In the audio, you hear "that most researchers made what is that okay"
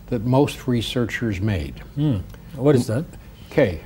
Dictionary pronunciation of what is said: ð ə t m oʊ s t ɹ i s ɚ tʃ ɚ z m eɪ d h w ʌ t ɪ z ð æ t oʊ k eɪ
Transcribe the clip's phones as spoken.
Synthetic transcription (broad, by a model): ð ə t m oʊ s t ɹ i s ɚ tʃ ɚ z m eɪ d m w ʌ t ɪ z ð æ t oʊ k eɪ